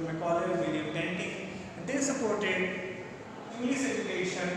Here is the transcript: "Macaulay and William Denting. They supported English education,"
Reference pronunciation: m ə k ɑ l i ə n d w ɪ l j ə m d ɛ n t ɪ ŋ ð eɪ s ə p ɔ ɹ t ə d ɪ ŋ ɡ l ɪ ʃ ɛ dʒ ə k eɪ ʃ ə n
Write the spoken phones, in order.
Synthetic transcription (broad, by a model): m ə k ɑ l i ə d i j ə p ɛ n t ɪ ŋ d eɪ s ə p ɔ ɹ t ə d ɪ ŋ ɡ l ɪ s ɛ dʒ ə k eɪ ʃ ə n